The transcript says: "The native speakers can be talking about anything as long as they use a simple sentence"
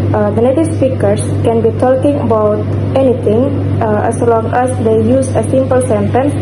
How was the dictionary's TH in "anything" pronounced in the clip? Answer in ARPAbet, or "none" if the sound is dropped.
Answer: T